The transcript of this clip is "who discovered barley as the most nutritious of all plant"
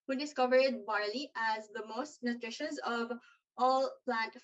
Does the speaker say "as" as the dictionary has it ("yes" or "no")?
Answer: yes